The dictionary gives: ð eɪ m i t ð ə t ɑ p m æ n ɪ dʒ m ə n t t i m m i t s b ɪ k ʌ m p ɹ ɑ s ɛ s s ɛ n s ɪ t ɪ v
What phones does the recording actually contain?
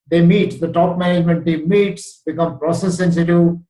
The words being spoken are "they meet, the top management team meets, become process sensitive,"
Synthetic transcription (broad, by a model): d eɪ m i t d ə t ɑ p m æ n ɪ dʒ m ə n t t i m m i t s b ɪ k ʌ m p ɹ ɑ s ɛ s s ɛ n s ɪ t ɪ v